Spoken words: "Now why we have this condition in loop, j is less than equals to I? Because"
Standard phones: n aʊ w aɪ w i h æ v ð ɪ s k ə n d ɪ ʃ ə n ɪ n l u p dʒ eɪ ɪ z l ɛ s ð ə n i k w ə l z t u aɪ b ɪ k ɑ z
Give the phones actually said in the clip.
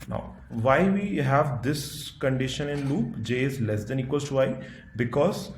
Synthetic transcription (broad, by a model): n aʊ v aɪ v i h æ v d ɪ s k ə n d ɪ ʃ ə n ɪ n l u p dʒ eɪ ɪ z l ɛ s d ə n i k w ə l s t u aɪ b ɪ k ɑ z